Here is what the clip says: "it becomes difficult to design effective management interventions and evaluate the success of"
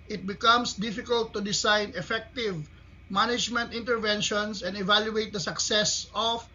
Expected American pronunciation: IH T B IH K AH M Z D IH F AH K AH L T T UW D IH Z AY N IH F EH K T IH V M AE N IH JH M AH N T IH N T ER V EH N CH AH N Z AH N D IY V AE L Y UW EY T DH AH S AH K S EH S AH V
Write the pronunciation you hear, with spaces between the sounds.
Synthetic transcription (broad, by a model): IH T B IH K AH M S D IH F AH K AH L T T UW D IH S AY N IH F EH K T IH V M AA N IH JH M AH N T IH N T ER V EH N SH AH N S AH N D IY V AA L Y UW EY T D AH S AH K S EH S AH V